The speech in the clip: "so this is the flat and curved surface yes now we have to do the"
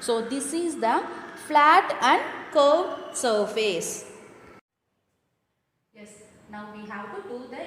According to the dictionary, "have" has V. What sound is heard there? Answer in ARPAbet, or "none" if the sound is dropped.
W